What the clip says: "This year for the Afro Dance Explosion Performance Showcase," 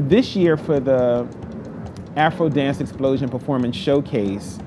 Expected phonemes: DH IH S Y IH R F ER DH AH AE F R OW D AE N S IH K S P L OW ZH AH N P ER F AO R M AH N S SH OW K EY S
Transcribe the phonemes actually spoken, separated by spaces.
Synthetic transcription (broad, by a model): DH IH S Y IH R F ER DH AH AE F R OW D AE N S IH K S P L OW ZH AH N P ER F AO R M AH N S SH OW K EY S